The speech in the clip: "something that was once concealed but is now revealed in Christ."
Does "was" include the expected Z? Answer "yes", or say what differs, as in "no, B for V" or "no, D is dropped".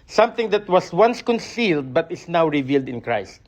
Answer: no, S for Z